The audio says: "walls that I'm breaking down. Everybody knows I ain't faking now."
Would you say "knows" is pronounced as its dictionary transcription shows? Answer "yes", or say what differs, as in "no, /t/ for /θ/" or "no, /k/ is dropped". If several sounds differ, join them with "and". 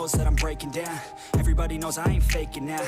yes